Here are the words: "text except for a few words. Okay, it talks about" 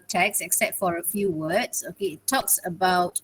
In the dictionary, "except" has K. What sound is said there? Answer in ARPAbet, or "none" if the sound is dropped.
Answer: K